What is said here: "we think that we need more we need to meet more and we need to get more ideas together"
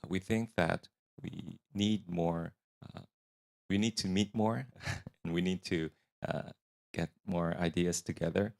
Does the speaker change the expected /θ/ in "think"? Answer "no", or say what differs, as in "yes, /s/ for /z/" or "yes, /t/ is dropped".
no